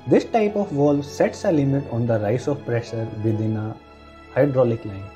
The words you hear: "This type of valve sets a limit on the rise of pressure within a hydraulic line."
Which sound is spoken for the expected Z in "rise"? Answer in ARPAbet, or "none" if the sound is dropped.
S